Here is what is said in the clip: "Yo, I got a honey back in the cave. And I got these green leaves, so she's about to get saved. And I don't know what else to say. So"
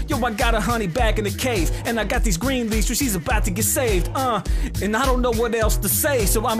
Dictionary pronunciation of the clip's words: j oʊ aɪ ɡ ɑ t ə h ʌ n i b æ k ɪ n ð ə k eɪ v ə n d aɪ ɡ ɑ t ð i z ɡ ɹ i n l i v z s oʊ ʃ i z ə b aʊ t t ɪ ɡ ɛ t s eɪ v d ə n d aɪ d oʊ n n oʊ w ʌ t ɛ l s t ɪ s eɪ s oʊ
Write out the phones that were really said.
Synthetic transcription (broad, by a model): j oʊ aɪ ɡ ɑ t ə h ʌ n i b æ k ɪ n ð ə k eɪ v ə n aɪ ɡ ɑ t ð i z ɡ ɹ i n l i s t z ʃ i z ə b aʊ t t ɪ ɡ ɛ t s eɪ v d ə n aɪ d oʊ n n oʊ w ʌ t ɛ l s t ɪ s eɪ s oʊ